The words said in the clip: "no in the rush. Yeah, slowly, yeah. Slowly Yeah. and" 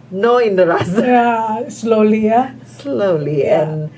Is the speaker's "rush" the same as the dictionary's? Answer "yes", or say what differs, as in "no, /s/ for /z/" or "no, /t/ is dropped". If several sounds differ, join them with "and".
no, /s/ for /ʃ/